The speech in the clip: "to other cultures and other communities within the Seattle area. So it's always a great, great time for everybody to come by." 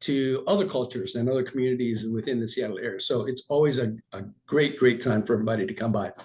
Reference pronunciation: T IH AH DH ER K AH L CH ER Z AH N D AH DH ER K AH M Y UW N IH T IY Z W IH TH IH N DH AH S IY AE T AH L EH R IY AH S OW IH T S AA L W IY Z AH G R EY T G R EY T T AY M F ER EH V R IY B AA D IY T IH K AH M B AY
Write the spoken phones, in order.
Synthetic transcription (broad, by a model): T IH AH DH ER K AH L CH ER Z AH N AH DH ER K M Y UW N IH T IY Z W IH TH IH N DH AH S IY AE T L EH R IY AH S OW IH T S AA L W IY Z AH G R EY T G R EY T T AY M F ER EH V R IY B AA D IY T IH K AH M B AY